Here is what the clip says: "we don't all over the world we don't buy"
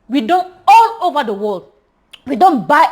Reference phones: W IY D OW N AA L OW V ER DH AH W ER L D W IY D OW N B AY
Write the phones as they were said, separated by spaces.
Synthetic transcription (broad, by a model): W IY D OW N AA N OW V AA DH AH W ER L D W IY D OW N B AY